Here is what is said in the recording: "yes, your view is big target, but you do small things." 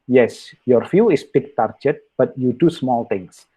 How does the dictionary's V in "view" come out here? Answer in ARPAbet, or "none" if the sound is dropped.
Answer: F